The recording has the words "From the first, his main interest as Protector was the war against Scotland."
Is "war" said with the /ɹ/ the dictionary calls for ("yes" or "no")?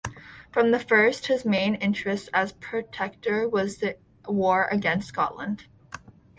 yes